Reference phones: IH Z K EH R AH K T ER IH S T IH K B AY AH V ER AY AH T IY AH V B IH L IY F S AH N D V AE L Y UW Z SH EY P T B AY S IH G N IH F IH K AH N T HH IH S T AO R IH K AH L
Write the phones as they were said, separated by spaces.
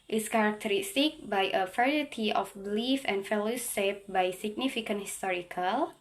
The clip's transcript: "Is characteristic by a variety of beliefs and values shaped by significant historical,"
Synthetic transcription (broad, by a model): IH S K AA R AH K T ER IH S T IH K B AY AH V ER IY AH T IY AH F B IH L IY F AH N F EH L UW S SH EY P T B AY S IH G N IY F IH K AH N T HH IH S T AO R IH K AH L